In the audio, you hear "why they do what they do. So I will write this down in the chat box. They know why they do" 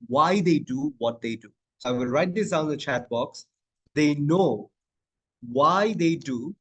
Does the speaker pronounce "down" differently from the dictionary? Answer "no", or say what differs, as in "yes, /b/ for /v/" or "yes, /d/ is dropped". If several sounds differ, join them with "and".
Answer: yes, /n/ is dropped